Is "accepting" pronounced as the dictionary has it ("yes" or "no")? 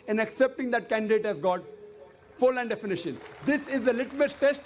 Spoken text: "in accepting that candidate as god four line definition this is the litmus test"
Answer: yes